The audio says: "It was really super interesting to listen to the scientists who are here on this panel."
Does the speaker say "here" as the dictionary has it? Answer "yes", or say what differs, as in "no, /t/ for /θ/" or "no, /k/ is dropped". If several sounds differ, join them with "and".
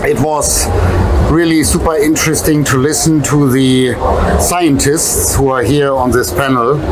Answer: yes